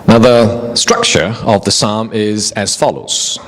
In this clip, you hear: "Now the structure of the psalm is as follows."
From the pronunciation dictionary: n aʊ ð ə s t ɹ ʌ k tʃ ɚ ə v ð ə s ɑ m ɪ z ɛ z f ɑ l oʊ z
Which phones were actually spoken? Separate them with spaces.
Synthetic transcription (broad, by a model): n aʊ ð ə s t ɹ ʌ k tʃ ɚ ə v ð ə s ɑ m ɪ z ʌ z f ɑ l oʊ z